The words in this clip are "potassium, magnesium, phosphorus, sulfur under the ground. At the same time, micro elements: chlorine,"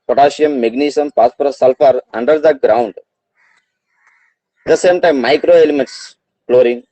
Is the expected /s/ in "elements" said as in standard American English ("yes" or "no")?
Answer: yes